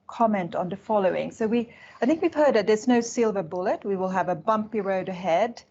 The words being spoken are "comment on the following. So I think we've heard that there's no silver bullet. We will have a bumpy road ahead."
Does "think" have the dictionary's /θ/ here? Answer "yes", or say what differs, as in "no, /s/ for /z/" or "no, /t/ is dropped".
yes